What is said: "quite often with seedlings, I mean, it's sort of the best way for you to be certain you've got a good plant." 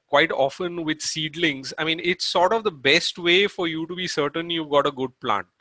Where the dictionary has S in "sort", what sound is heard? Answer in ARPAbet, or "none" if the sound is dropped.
S